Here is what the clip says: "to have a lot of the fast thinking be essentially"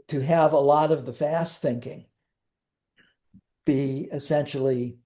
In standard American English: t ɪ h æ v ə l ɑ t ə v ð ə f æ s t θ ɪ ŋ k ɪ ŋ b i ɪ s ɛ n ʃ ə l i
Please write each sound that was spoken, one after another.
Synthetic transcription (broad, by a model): t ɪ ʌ v ə l ɑ t ə v ð ə f æ s t θ ɪ ŋ k ɪ ŋ b i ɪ s ɛ n ʃ l i